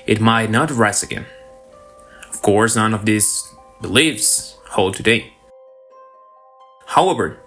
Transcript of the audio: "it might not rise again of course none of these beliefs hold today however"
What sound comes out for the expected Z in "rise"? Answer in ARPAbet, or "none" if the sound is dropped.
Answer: S